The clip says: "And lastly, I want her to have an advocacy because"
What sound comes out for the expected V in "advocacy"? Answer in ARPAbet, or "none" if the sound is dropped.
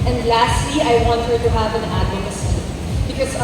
none